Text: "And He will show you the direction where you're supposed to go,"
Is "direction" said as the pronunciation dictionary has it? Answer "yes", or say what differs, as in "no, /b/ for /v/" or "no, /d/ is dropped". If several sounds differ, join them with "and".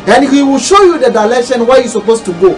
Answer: no, /l/ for /ɹ/